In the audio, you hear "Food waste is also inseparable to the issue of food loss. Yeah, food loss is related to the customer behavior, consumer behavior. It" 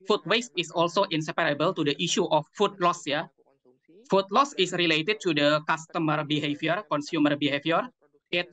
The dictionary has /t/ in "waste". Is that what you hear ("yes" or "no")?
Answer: yes